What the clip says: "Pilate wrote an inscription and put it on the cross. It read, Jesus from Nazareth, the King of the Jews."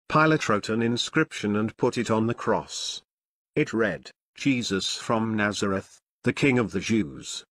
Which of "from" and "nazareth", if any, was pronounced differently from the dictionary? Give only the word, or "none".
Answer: none